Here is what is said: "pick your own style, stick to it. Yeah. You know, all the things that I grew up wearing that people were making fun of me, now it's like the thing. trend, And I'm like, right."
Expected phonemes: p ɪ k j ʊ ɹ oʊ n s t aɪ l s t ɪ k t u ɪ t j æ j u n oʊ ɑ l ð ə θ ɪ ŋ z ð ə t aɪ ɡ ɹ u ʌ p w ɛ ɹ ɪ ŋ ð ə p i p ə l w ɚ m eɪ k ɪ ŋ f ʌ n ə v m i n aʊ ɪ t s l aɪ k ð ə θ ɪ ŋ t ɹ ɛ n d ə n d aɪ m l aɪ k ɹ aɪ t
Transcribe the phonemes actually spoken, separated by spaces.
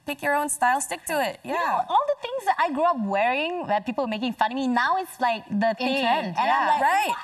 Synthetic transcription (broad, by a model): p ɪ k j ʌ ɹ oʊ n s t aɪ l s t ɪ k t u ɪ t j æ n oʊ ɑ l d ə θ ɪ ŋ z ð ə t aɪ ɡ ɹ u ʌ p w ɛ ɹ ɪ ŋ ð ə p i p ə l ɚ m eɪ k ɪ ŋ f ʌ n m i n aʊ ɪ t s l aɪ k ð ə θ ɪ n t ɛ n ə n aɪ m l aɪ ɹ aɪ t